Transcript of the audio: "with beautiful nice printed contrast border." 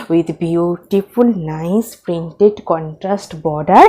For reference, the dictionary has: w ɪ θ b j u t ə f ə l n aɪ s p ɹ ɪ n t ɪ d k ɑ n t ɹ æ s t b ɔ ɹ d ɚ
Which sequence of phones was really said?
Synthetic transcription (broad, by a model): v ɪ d b j u t ə f ə l n aɪ s p ɹ ɪ n t ɪ d k ɑ n t ɹ æ s t b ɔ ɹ d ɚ